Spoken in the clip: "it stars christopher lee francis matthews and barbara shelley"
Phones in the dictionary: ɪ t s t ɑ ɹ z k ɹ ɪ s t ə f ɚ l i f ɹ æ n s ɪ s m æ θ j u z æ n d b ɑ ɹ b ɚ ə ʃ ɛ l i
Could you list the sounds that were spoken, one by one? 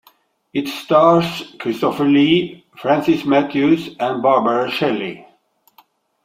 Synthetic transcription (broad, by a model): ɪ t s t ɑ ɹ s k ɹ ɪ s t ə f ɚ l i f ɹ æ n s ɪ s m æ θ j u s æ n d b ɑ ɹ b ɚ ə ʃ ɛ l i